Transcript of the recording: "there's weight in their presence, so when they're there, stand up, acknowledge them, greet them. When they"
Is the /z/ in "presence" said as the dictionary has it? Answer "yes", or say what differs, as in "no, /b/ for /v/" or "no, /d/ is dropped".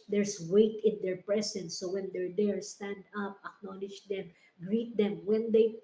no, /s/ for /z/